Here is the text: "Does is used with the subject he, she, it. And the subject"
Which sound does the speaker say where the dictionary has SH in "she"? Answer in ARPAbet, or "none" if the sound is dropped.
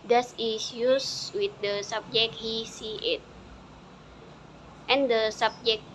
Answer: S